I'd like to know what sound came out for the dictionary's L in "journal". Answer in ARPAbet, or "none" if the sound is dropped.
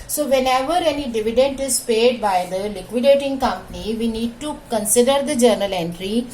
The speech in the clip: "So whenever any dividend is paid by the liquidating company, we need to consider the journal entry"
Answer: L